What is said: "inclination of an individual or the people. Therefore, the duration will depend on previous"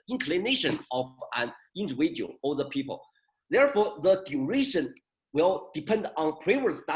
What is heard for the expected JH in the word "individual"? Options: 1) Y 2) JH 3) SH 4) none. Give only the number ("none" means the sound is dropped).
4